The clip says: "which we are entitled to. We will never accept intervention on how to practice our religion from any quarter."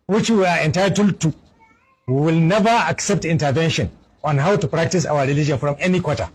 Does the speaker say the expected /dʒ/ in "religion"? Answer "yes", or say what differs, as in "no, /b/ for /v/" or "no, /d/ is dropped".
yes